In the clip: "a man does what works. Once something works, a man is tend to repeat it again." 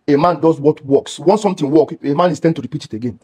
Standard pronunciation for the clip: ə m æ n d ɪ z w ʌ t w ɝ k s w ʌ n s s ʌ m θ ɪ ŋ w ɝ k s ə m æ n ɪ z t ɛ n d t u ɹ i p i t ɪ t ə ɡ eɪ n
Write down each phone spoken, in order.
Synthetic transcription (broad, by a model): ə m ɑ n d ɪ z w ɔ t w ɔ k s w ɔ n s s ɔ m t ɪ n w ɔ k ə m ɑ n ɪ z t ɛ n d t u ɹ i p i t ɪ t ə ɡ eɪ n